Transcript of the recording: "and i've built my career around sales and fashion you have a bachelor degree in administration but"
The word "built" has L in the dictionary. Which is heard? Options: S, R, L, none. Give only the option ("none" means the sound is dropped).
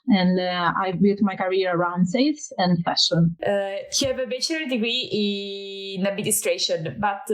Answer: none